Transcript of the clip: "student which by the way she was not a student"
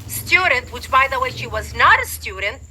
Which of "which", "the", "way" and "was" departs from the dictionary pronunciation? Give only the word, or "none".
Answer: none